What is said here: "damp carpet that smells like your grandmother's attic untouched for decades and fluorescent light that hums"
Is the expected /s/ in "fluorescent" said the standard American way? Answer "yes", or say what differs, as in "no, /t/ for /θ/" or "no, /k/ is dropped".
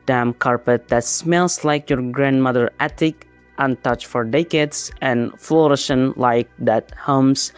no, /ʃ/ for /s/